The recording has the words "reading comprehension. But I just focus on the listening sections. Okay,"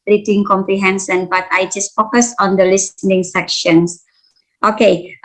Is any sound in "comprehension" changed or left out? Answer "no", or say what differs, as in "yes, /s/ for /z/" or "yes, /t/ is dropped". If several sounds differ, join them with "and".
yes, /s/ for /ʃ/